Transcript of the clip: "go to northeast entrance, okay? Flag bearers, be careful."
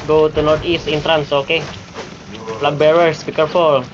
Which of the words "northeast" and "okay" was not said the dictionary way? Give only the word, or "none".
northeast